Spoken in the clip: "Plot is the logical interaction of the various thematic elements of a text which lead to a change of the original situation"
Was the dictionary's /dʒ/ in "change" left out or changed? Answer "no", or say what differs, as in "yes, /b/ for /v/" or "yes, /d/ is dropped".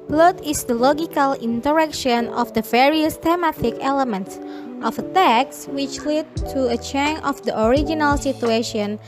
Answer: yes, /dʒ/ is dropped